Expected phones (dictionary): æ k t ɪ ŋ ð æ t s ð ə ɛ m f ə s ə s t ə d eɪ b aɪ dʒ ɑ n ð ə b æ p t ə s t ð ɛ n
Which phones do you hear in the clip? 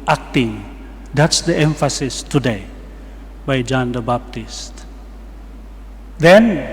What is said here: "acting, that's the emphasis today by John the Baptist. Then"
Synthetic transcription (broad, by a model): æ k t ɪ ŋ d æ t s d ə ɛ m f ə s ə s t ə d eɪ b aɪ dʒ ɑ n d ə b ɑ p t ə s t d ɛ n